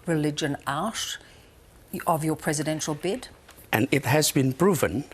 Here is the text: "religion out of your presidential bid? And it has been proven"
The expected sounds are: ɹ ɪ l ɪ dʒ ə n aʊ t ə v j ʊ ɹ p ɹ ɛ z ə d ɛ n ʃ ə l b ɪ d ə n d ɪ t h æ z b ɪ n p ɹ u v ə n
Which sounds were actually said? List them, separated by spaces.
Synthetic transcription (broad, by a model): ɹ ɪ l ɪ dʒ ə n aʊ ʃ ə v j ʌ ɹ p ɹ ɛ z ə d ɛ n ʃ ə l b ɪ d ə n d ɪ t h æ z b ɪ n p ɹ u v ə n